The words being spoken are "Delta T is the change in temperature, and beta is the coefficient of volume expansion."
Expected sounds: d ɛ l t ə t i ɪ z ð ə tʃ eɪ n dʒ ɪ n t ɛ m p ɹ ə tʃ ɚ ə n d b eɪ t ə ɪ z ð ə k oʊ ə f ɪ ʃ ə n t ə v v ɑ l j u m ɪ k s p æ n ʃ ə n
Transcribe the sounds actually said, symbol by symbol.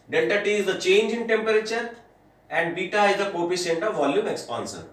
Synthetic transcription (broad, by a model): d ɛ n t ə t i ɪ z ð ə tʃ eɪ n dʒ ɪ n t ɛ m p ɹ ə tʃ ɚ ə n d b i t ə ɪ z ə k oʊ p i s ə n t ə v v ɑ l j u m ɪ k s p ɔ n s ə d